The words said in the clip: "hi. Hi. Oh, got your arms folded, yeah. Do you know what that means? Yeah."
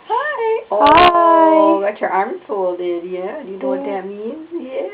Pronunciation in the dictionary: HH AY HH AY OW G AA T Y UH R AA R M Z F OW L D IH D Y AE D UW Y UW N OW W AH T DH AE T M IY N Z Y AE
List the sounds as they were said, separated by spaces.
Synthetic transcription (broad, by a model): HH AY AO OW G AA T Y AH R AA R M F OW L D IH D Y AE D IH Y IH N OW W AH T DH AE T M IY N Z Y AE